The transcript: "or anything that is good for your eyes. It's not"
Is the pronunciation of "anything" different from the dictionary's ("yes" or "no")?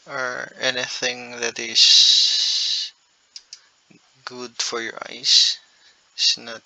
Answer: no